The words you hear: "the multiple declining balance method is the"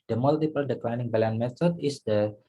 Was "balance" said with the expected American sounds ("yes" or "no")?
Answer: no